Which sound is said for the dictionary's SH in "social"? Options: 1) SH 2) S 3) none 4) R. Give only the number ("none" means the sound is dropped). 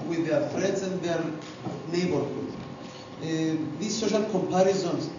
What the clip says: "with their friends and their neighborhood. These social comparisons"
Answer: 1